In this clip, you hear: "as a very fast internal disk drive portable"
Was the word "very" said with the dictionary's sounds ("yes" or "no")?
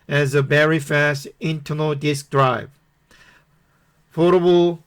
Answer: no